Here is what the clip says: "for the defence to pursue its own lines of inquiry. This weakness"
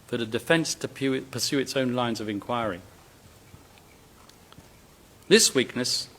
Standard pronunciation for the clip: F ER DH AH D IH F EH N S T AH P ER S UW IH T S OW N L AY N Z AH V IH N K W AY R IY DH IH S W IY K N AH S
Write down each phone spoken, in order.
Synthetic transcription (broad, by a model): F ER DH AH D IH F EH N S T AH P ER S UW IH T S OW N L AY N Z AH V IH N K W AY R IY DH IH S W IY K N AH S